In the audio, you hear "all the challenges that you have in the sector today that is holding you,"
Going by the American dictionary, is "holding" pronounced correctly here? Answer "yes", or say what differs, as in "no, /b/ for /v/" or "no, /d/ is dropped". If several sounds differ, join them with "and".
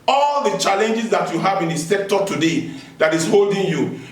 yes